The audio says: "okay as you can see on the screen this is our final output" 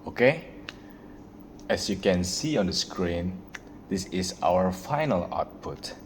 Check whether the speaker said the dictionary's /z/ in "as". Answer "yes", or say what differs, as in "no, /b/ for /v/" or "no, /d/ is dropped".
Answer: no, /s/ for /z/